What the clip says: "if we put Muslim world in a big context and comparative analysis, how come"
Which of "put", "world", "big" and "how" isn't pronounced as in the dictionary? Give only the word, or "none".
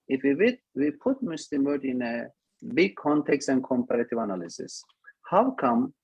world